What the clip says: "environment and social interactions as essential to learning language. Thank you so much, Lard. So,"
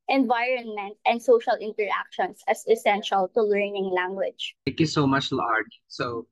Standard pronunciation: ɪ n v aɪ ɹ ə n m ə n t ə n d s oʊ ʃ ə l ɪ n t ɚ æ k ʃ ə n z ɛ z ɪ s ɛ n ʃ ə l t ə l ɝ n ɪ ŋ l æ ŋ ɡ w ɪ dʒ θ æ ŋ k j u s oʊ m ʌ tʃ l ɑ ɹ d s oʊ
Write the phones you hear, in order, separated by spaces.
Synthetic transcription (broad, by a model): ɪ n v aɪ ɹ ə n m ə n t ə n d s oʊ ʃ ə l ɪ n t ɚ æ k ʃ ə n s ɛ s ɪ s ɛ n ʃ ə l t ə l ɝ n ɪ ŋ l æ ŋ ɡ w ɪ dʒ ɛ k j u s oʊ m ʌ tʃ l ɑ ɹ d s oʊ